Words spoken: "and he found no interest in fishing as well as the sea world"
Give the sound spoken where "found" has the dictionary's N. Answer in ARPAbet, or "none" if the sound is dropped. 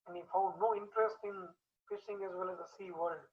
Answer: none